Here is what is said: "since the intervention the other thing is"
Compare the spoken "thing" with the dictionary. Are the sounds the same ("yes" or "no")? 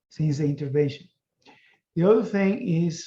yes